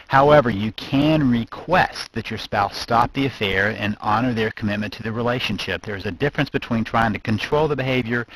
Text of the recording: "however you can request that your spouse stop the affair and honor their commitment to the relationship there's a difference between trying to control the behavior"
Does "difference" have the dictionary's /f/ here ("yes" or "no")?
yes